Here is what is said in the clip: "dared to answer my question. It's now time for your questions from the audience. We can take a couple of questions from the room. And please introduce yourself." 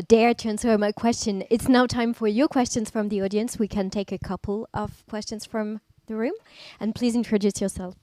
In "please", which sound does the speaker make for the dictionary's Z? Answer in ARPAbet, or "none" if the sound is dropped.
Z